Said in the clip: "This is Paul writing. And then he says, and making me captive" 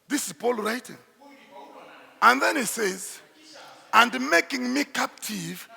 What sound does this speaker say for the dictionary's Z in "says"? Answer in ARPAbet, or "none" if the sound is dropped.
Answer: Z